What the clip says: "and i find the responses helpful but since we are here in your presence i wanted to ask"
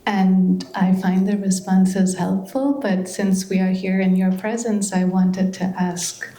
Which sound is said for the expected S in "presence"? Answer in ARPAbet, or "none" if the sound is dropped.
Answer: S